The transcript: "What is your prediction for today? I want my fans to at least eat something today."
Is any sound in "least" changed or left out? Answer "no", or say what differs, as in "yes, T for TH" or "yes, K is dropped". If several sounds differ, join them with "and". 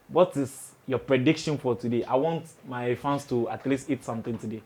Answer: no